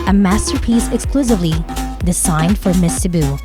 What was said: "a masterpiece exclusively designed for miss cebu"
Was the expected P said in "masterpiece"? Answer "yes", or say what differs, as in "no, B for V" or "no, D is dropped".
yes